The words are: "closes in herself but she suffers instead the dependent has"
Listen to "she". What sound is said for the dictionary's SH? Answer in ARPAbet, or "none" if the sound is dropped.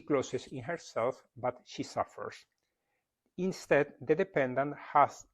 SH